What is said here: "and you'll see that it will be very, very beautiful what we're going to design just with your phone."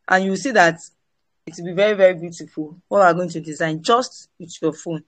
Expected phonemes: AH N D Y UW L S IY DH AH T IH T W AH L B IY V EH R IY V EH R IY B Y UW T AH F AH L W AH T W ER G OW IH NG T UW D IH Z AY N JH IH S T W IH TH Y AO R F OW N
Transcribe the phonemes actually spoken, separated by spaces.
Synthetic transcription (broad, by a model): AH N Y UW W S IY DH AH T IH T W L B IY V EH R IY V EH R IY B Y UW T AH F AH L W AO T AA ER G OW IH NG T UW D IH Z AY N JH IH S T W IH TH Y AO F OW N